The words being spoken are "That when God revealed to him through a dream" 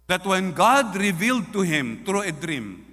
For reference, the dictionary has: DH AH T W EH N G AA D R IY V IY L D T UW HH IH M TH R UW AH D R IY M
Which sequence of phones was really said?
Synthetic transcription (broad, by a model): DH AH T W EH N G AA D R IY V IY L D T UW HH IH M T R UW AH D R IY M